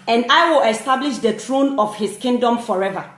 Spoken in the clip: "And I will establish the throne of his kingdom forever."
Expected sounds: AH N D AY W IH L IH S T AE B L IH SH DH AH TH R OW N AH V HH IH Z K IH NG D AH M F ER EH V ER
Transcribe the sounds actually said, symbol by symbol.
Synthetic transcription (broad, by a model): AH N D AY W IH L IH S T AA B L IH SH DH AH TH R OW N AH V HH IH S K IH NG D AH M F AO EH V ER